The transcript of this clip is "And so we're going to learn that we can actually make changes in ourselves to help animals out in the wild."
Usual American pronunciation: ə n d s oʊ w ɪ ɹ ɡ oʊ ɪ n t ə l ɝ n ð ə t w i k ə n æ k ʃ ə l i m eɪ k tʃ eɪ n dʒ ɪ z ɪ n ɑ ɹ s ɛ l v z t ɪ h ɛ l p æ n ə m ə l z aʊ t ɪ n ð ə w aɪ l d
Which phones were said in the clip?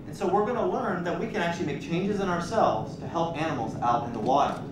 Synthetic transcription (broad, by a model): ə n s oʊ w ɪ ɹ ɡ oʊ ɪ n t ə l ɝ n ð ə t w i k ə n æ k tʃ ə l i m eɪ k tʃ eɪ n dʒ ɪ z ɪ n ɑ ɹ s ɛ l v z t ɪ h ɛ l p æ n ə m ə l z aʊ t ɪ n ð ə w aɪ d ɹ